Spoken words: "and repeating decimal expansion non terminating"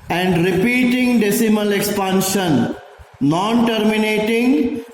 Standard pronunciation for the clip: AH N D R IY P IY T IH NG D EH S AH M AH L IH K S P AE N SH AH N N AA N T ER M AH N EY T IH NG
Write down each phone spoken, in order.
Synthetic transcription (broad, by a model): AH N D R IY P IY T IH NG D EH S AH M AH L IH K S P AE N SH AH N N AA N T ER M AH N EY T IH NG